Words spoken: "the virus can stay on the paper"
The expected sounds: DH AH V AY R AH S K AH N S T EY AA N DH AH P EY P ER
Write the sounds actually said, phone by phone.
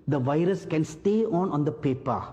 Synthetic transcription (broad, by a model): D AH V AY R AH S K AH N S T EY AA N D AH P EY P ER